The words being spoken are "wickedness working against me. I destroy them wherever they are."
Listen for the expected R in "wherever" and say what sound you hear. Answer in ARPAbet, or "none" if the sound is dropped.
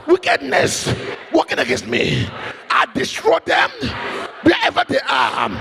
none